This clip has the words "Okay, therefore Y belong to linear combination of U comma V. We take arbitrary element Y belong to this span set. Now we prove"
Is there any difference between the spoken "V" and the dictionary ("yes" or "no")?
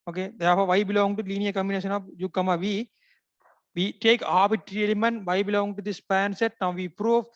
no